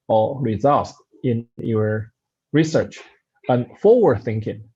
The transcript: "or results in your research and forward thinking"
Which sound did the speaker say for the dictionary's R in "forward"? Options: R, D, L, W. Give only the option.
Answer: L